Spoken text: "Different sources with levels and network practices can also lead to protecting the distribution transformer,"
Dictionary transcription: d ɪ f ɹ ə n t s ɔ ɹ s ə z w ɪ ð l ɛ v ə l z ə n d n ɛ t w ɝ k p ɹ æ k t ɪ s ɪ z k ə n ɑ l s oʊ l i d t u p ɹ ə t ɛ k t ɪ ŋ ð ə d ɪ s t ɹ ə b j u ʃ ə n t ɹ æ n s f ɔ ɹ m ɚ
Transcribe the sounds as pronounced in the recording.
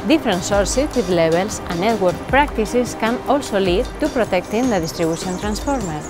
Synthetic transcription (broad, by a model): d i f ɹ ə n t s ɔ ɹ s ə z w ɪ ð l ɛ b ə l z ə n n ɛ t w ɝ k p ɹ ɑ k t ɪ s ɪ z k ə n ɑ l s oʊ l i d t u p ɹ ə t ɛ k t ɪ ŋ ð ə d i s t ɹ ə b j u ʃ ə n t ɹ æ n s f ɔ ɹ m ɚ